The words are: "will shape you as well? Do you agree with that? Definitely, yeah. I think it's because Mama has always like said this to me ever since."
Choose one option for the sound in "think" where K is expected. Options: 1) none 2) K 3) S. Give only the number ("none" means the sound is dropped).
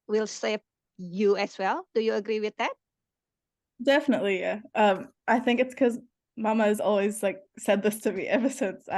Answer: 2